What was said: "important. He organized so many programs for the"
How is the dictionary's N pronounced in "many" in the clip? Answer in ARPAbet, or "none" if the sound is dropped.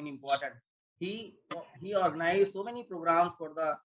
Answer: N